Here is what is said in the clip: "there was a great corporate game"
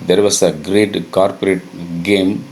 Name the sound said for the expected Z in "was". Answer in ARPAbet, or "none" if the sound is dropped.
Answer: S